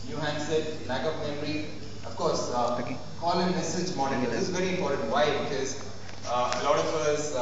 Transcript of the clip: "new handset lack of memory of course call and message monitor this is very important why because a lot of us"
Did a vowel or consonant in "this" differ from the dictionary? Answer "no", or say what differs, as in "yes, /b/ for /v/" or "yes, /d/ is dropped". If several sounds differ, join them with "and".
yes, /s/ is dropped